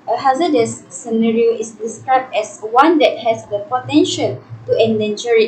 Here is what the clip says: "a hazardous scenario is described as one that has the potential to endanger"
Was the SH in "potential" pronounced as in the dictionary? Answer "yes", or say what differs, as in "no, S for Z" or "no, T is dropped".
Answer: yes